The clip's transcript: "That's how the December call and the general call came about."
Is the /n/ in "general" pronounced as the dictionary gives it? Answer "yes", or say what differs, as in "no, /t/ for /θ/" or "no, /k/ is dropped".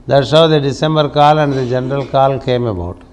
yes